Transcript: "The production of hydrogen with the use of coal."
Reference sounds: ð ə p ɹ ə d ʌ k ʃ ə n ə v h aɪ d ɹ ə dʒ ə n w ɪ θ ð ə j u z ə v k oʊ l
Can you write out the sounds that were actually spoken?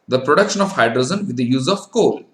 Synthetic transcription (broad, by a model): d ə p ɹ ə d ʌ k ʃ ə n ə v h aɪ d ɹ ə z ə n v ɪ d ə j u z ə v k oʊ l